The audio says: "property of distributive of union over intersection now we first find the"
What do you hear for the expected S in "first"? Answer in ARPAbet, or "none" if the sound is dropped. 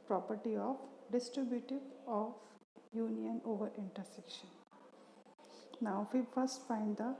S